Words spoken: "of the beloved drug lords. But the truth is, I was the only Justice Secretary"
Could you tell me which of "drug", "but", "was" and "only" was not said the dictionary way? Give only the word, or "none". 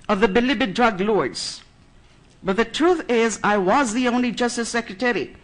none